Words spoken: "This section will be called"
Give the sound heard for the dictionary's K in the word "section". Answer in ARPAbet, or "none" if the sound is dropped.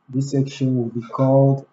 K